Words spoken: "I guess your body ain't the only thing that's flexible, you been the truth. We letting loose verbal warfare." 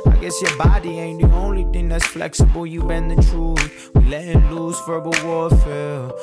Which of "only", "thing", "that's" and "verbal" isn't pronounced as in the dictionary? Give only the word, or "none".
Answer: none